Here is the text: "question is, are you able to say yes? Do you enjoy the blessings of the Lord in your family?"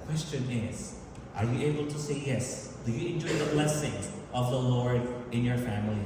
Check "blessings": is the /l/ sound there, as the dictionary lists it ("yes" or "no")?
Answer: yes